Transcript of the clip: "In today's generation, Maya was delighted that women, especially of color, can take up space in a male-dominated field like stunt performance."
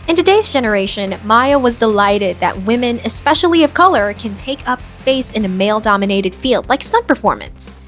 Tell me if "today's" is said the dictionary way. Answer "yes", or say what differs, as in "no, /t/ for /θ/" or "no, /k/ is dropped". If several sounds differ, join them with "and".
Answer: yes